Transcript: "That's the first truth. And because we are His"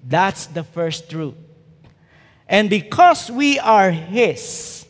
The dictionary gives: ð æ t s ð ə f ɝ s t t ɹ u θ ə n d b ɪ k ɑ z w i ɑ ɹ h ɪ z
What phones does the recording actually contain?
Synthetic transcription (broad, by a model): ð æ t s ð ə f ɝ s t t ɹ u t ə n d b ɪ k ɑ s w i ɑ ɹ h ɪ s